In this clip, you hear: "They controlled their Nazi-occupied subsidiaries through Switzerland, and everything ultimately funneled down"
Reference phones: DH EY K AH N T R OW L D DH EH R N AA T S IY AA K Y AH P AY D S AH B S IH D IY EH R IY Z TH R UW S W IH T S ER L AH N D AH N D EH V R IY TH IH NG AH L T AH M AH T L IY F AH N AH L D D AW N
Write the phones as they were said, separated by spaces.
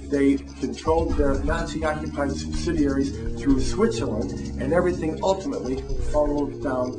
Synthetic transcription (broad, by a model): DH EY K AH N T R OW L D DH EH R N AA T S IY AA K Y AH P AY D S AH B S IH D IY EH R IY Z TH R UW S W IH T S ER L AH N AH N EH V R IY TH IH NG AH L T AH M AH T L IY F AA L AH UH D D AW N